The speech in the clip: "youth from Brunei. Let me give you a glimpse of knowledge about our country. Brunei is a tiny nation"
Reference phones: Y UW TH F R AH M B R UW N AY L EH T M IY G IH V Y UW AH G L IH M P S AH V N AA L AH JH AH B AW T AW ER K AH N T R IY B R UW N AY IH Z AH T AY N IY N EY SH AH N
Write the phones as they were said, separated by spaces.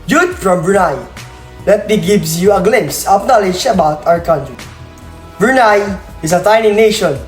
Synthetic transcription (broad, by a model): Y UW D F R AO M B R UW N AY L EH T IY G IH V Y UW AH G L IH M S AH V N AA L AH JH AH B AW T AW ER K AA N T R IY B R UW N AY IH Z AH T AY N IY N EY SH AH N